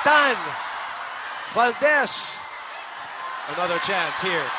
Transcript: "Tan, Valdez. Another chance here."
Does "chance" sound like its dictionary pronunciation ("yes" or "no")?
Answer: yes